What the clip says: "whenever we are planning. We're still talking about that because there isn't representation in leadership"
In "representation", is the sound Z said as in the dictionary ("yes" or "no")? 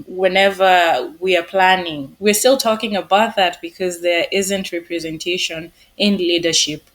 yes